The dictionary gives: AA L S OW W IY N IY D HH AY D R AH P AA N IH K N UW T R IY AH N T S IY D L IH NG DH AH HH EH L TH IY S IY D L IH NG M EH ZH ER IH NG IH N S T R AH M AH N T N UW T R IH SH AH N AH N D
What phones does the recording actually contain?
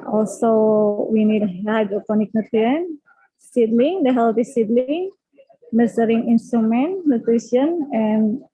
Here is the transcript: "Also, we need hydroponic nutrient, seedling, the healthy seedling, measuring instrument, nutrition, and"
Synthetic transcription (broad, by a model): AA L S OW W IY N IY D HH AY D AH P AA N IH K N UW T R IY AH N S IY D L IH NG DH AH HH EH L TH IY S IY D L IH NG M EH S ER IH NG IH N S T R AH M AH N T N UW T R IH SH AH N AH N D